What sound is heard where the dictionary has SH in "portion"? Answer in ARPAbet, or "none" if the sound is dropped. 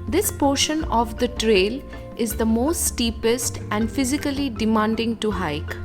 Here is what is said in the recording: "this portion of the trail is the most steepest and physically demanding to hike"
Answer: SH